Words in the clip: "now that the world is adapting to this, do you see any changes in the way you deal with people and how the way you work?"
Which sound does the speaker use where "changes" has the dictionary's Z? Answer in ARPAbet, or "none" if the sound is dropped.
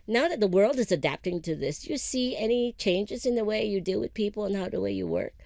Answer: Z